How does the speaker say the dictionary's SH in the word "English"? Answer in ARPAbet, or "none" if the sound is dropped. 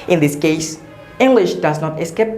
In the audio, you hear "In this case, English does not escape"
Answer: SH